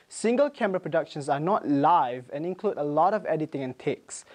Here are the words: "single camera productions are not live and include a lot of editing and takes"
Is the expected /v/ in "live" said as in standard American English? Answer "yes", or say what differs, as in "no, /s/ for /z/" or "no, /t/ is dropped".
yes